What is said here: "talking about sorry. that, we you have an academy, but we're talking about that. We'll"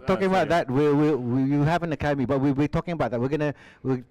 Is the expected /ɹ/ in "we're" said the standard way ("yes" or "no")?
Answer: no